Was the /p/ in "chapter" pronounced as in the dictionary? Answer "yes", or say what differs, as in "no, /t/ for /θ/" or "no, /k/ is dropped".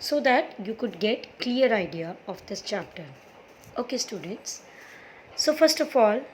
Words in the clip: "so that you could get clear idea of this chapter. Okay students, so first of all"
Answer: yes